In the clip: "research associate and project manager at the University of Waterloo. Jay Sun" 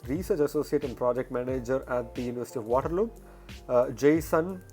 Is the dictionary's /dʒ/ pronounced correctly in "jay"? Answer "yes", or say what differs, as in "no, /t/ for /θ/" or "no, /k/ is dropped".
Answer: yes